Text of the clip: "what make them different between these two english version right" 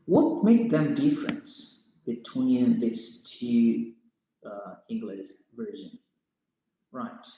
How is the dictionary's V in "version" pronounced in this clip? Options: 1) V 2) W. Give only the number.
1